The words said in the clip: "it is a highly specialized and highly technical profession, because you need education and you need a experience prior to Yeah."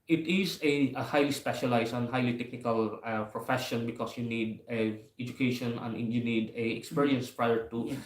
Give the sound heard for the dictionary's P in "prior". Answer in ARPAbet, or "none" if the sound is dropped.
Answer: P